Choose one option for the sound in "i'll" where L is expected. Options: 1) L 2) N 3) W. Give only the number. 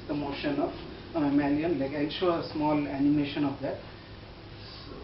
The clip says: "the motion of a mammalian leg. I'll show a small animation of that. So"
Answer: 2